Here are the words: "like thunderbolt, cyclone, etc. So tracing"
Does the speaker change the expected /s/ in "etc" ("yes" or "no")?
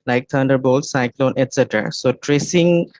no